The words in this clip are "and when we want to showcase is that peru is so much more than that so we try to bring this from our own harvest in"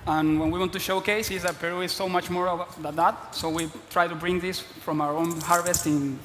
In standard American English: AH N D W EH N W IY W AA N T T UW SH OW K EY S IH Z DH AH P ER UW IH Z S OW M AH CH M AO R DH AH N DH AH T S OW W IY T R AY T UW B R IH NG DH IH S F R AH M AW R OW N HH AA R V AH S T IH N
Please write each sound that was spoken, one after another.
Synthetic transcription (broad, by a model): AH N W EH N W IY W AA N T T UW SH OW K EY S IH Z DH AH P ER UW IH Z S OW M AH CH M AO R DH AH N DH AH T S OW W IY T R AY T UW B R IH NG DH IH S F R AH M AW R OW N HH AA R V AH S T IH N